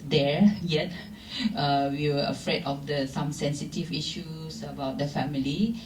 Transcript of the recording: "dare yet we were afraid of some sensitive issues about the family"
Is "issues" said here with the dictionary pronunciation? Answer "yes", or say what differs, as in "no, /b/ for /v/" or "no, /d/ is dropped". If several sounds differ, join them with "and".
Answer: no, /s/ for /z/